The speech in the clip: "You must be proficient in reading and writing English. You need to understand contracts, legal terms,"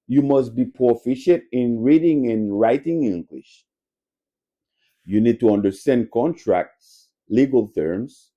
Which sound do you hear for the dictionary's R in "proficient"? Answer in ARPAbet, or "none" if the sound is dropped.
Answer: none